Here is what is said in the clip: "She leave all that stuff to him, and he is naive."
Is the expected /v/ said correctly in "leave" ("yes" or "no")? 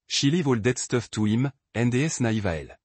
yes